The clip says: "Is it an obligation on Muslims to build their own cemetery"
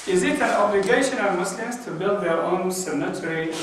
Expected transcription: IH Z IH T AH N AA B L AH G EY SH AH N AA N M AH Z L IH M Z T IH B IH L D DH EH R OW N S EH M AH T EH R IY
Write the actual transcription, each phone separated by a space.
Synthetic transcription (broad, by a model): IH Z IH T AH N AA B L AH G EY SH AH N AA M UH S L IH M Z T IH B IH L D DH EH R OW N S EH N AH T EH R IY